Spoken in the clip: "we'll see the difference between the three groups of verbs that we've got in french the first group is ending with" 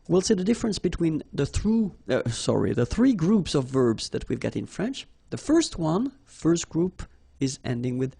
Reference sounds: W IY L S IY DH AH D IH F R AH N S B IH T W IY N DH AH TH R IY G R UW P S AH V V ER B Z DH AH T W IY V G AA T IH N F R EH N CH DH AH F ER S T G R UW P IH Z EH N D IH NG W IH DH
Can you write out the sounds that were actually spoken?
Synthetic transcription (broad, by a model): W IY L S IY DH AH D IH F R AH N S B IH T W IY N DH AH TH R IY G R UW P S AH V V ER B Z DH AH T W IY V G AA T IH N F R EH N CH DH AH F ER S T G R UW P IH Z EH N D IH NG W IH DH